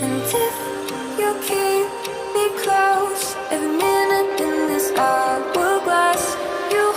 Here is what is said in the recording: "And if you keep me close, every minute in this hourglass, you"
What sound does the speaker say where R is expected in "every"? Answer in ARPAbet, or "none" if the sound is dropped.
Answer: none